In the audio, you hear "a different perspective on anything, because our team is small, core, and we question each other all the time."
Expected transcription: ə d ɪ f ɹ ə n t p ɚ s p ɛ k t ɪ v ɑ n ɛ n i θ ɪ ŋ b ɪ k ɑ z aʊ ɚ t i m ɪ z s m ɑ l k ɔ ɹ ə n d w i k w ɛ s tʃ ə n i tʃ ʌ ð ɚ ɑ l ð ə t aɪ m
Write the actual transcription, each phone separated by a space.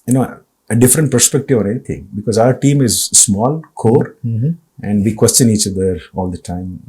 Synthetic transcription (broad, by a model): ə d ɪ f ɹ ə n t p ɚ s p ɛ k t ɪ v ɑ n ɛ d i t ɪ ŋ b ɪ k ɑ z aʊ ɚ t i m ɪ z s m ɑ l k ɔ ɹ ə n d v i k w ɛ s tʃ ə n i tʃ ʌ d ɚ ɑ l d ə t aɪ m